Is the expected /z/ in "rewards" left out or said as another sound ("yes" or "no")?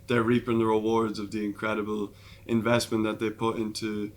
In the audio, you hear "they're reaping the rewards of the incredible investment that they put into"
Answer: no